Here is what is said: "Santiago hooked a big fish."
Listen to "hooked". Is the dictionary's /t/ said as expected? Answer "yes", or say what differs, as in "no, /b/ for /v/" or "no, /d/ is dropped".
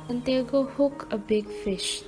no, /t/ is dropped